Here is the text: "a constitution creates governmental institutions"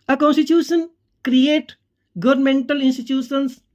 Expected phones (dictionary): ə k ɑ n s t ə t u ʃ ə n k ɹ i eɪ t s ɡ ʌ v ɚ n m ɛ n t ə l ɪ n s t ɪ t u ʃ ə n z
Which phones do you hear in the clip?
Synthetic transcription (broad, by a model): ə k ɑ n s t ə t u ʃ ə n k ɹ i eɪ t ɡ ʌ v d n m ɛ n t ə l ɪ n s t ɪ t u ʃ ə n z